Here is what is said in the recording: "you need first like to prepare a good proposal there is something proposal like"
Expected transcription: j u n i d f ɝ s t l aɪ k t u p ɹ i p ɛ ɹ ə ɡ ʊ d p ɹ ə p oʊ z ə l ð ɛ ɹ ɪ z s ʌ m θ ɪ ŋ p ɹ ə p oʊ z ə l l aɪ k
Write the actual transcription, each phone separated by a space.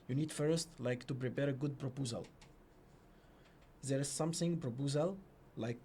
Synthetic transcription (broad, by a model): j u n i d f ɝ s t l aɪ k t u p ɹ i p ɛ ɹ ə ɡ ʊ d p ɹ ə p oʊ z ə l ð ɛ ɹ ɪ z s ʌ m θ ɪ ŋ p ɹ ə p oʊ z ə l l aɪ k